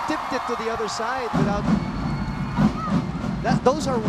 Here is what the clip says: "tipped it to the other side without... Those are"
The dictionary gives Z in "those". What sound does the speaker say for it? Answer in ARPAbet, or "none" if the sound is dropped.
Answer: Z